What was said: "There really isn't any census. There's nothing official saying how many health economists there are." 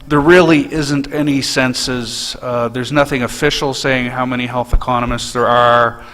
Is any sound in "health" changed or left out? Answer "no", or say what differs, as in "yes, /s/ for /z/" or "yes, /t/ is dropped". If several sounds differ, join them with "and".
no